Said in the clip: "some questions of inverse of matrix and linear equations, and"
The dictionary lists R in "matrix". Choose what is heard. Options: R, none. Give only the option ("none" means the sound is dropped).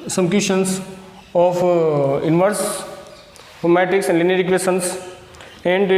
none